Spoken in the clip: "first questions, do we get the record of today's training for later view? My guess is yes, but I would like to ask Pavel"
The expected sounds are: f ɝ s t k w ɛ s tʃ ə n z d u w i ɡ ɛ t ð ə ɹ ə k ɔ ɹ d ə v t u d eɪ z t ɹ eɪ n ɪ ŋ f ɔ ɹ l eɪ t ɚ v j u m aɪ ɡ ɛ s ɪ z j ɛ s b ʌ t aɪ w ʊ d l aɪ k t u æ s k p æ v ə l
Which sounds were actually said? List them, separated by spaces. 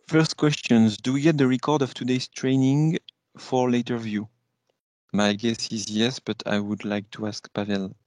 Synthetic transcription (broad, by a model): f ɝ s t k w ɛ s tʃ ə n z d u w i ɡ ɛ t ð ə ɹ ə k ɔ ɹ d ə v t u d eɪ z t ɹ eɪ n ɪ ŋ f ɔ ɹ l eɪ t ɚ v j u m aɪ ɡ ɛ s ɪ z j ɛ s b ʌ t aɪ w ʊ d l aɪ k t u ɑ s k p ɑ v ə l